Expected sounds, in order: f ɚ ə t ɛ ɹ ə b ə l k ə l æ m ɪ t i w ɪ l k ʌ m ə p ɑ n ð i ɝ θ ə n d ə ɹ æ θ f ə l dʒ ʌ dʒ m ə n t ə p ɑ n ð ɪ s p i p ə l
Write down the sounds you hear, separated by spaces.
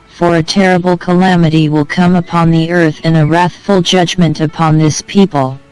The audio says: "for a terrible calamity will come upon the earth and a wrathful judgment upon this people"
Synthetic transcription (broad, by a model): f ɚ ə t ɛ ɹ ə b l k ə l æ m ɪ t i w ɪ l k ʌ m ə p ɑ n ð i ɝ θ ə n ə ɹ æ θ f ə l dʒ ʌ dʒ m ə n t ə p ɑ n ð ɪ s p i p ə l